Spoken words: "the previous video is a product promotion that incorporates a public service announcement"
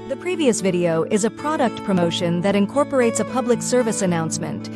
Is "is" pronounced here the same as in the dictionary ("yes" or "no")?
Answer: yes